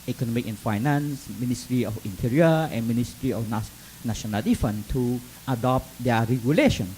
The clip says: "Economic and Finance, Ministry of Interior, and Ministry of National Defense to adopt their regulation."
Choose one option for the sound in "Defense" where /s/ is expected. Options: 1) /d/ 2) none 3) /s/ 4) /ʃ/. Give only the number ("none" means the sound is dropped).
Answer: 2